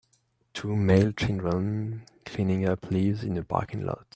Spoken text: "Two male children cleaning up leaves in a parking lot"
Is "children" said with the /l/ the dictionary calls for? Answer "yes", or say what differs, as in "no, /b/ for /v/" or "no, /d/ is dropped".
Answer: no, /n/ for /l/